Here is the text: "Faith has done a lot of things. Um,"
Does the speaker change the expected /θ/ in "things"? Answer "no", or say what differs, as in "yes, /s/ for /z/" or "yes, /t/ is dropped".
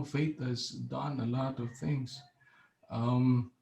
no